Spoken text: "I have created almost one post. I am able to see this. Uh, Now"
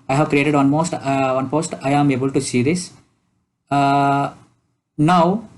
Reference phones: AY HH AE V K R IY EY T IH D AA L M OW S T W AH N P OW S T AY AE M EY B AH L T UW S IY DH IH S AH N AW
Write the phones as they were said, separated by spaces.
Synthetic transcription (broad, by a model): AY HH AE V K R IY EY T IH D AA N M OW S T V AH N P OW S T AY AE M EY B AH L T UW S IY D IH S N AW